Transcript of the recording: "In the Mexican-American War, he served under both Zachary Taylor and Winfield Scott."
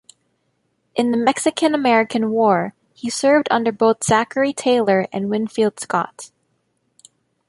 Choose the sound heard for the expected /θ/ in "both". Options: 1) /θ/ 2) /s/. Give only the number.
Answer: 1